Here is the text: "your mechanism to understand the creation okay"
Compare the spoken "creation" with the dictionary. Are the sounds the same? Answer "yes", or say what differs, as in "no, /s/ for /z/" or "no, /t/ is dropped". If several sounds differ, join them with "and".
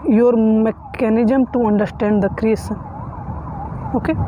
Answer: no, /s/ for /ʃ/